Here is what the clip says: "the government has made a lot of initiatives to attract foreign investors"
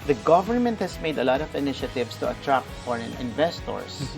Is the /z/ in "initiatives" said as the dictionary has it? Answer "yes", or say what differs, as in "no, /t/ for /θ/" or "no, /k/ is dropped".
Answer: no, /s/ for /z/